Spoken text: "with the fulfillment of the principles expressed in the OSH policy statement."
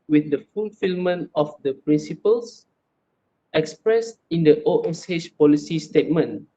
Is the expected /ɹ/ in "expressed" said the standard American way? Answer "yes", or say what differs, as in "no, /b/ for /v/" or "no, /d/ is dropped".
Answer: yes